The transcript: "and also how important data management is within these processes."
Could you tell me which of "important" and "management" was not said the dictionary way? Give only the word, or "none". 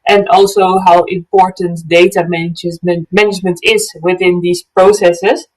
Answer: none